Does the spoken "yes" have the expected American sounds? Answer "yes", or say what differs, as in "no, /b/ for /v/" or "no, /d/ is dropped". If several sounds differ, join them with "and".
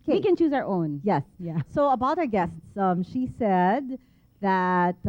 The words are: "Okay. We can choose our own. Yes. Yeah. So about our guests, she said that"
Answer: yes